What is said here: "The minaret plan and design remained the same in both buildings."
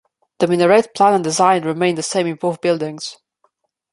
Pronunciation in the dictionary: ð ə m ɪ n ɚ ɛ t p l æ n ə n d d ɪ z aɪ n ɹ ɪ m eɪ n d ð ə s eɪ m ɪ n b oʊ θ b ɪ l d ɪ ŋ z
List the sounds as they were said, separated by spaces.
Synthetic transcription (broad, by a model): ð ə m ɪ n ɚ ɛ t p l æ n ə n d d ɪ z aɪ n ɹ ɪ m eɪ n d ð ə s eɪ m ɪ n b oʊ f b ɪ l d ɪ ŋ z